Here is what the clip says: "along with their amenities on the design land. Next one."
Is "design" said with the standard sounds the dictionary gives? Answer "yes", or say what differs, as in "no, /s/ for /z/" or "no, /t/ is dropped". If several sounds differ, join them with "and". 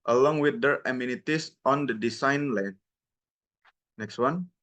no, /s/ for /z/